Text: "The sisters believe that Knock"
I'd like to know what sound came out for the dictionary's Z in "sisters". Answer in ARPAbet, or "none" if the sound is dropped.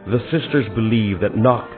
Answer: Z